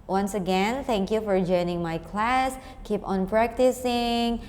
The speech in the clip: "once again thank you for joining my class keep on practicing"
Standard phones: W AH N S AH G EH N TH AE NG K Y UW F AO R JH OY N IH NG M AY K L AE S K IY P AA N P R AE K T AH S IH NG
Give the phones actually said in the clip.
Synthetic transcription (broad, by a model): W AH N S AH G EH N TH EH NG K Y UW F AO R JH OY N IH NG M AY K L AE S K IY P AA N P R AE K T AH S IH NG